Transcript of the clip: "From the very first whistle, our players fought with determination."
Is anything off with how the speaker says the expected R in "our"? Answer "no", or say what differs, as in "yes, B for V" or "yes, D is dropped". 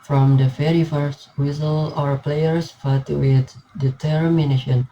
no